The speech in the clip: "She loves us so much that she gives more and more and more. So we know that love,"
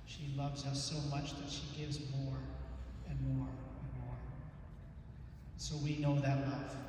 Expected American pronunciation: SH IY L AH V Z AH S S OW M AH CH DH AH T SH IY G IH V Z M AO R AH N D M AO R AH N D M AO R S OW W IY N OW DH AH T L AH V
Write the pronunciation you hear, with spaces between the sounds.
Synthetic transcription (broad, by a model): SH IY L AH V Z AH S S OW M AH CH DH AH T SH IY G IH V Z M AO R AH N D M AO R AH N M AO R S OW W IY N OW DH AH T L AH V